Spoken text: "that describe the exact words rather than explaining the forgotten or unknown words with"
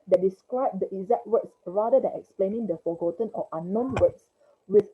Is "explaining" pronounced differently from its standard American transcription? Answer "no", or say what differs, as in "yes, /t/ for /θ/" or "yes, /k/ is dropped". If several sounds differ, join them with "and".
no